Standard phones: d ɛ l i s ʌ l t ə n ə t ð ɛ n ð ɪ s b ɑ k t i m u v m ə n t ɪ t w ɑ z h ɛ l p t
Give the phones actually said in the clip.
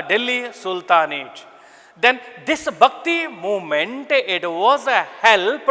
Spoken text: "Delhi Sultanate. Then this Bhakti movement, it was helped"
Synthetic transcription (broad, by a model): d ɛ l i s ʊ l t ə n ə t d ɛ n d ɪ s b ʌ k t i m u m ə n t ɪ t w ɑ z h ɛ l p